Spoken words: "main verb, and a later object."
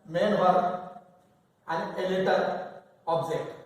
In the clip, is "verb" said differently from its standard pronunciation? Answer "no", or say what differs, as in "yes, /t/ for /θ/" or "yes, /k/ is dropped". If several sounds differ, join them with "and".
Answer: yes, /b/ is dropped